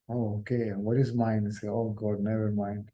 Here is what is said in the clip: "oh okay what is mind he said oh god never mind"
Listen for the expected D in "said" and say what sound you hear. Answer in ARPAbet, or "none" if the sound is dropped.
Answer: none